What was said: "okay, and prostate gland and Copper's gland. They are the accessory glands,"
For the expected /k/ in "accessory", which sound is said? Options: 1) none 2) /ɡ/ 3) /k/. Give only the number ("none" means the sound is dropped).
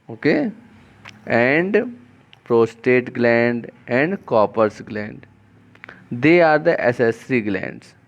1